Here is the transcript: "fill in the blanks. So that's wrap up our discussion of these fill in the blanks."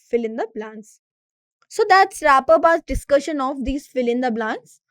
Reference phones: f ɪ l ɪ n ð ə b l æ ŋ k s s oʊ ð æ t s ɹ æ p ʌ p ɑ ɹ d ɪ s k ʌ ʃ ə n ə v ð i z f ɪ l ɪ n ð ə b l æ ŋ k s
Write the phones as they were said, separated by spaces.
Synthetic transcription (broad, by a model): f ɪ l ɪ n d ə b l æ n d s s oʊ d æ t s ɹ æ p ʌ b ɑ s d ɪ s k ʌ ʃ ə n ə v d i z f ɪ l ɪ n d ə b l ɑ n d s